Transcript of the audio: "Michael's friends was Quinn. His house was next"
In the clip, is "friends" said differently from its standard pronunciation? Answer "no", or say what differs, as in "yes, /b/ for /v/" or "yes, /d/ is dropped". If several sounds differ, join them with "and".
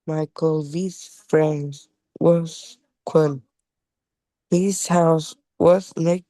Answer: no